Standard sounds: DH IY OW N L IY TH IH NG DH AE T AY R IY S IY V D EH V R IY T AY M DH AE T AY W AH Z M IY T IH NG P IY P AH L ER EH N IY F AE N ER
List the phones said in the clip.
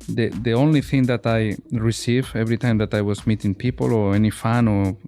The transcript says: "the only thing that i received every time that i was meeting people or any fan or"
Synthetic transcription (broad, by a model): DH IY OW N L IY TH IH NG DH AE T AY R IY S IY V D EH V R IY T AY M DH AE T AY W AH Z M IY T IH NG P IY P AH L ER EH N IY F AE N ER